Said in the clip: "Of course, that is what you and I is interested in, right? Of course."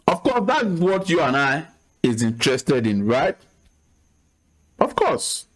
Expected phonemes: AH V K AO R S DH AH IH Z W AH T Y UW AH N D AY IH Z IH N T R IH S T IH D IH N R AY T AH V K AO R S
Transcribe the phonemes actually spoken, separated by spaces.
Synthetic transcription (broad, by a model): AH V K AO S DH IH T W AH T Y UW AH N AY IH Z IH N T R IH S T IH D IH N R AY T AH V K AO S